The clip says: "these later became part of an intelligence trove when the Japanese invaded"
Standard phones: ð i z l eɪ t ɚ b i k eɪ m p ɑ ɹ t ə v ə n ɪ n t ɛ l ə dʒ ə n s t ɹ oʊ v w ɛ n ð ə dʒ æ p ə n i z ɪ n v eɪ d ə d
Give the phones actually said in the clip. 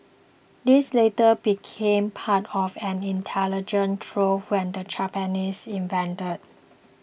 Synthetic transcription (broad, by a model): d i s l eɪ t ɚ b i k eɪ m p ɑ t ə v ə n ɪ n t ɛ l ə dʒ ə n t ɹ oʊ w ɛ n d ə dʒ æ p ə n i s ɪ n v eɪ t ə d